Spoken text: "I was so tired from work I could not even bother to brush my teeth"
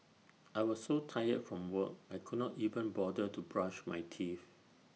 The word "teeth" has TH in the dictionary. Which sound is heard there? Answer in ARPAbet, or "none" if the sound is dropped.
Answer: F